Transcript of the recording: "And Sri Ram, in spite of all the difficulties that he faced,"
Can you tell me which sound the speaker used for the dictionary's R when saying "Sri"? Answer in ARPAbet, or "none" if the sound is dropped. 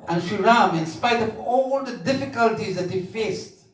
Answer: none